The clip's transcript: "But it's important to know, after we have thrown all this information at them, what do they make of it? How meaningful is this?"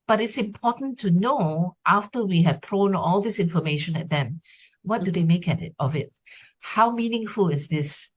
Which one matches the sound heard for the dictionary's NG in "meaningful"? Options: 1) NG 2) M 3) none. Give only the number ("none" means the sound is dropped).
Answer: 1